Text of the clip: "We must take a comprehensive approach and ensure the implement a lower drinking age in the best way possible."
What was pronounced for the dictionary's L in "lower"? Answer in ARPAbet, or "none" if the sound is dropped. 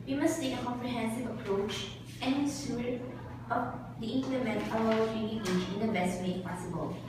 W